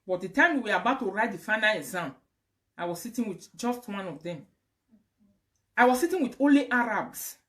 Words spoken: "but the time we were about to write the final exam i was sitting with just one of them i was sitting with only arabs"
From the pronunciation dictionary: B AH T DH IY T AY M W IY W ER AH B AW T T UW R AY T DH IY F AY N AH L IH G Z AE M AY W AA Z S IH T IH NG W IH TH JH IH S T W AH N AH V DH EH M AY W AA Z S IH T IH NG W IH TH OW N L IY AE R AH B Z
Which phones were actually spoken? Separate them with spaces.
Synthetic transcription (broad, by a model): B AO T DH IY T AY M W IY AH B AW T T UW R AY T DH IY F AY N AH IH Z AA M AY W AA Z S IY T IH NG W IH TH JH IH S T W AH N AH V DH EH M AY W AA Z S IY T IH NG W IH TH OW L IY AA R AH B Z